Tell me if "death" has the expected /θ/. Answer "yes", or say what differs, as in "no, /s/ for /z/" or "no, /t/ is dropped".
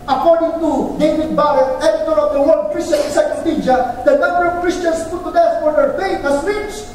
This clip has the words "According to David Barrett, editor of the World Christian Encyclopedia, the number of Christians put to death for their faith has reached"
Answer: no, /s/ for /θ/